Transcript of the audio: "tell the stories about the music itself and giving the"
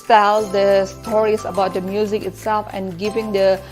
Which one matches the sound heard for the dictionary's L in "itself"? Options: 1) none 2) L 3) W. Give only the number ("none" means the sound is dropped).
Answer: 2